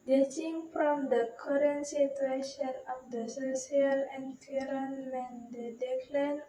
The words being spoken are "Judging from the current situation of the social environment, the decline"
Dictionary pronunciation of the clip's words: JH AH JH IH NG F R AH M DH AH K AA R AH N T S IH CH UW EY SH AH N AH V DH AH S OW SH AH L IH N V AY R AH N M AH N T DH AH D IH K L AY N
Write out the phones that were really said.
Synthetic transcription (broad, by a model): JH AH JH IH NG F R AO M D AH K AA R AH N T S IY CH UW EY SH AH N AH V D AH S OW S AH L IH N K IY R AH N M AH N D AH D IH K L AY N